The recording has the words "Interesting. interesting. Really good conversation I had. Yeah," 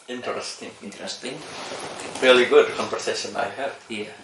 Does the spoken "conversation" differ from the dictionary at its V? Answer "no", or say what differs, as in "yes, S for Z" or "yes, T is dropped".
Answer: yes, P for V